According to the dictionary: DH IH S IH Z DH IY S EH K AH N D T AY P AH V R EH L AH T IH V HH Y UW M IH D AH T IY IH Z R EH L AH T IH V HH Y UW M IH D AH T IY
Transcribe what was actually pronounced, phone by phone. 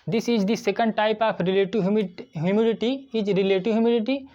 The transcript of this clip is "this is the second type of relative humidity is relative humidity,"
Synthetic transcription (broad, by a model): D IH S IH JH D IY S EH K AH N D T AY P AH P R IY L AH T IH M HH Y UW M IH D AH T IY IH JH R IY L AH T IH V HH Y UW M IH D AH T IY